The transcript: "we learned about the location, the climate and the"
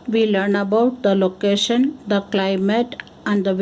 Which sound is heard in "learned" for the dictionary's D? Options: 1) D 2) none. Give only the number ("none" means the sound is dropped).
2